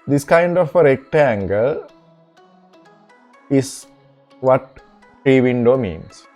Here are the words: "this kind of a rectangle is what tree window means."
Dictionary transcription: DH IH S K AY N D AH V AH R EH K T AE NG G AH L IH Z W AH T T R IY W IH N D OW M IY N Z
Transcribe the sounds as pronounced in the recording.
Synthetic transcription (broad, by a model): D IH S K AY N D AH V AH R EH K T AE NG G AH L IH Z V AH T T R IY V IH N D OW M IY N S